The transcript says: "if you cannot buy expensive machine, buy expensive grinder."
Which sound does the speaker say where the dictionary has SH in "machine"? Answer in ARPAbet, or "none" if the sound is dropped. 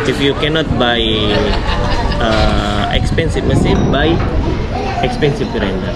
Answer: S